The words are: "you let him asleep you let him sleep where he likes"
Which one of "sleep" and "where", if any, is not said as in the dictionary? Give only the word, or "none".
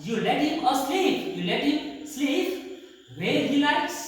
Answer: where